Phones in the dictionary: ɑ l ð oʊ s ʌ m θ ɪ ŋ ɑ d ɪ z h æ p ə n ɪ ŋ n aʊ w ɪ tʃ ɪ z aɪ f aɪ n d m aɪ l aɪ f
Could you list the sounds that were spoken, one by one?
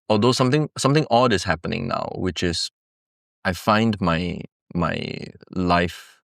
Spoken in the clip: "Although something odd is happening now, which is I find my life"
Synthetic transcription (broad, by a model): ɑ l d oʊ s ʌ m s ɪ ŋ ɑ d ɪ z h æ p ə n ɪ ŋ n aʊ w ɪ tʃ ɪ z aɪ f aɪ n d m aɪ l aɪ f